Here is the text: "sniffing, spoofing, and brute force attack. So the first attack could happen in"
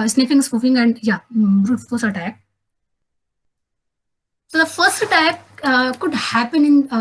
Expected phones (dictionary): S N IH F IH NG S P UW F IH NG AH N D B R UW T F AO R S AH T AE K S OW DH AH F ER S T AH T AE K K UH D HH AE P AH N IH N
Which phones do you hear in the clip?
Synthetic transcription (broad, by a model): S N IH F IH NG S F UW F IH NG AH N D B R UW T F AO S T AH T AE K S OW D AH F ER S T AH T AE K K UH D HH AE P AH N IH N